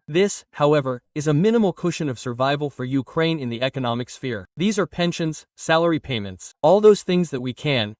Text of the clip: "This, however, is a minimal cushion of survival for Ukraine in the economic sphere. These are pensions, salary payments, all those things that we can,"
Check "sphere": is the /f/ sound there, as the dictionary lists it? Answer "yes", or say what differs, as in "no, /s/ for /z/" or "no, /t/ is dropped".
yes